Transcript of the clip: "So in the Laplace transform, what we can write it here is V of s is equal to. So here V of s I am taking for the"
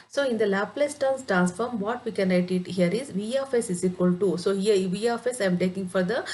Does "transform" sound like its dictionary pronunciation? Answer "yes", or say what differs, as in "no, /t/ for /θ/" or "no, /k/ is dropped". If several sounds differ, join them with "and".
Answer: yes